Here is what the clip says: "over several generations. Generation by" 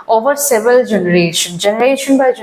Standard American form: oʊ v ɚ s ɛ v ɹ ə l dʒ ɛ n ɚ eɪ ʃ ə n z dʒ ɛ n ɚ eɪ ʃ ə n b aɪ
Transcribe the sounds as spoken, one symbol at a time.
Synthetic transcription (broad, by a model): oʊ v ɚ s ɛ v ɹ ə l dʒ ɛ n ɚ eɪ ʃ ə n dʒ ɛ n ɚ eɪ ʃ ə n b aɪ